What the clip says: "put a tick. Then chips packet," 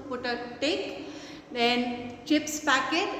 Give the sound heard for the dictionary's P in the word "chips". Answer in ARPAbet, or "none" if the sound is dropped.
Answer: P